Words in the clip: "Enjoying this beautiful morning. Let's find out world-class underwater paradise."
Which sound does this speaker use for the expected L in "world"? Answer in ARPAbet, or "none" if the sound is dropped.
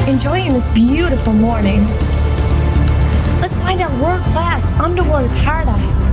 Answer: none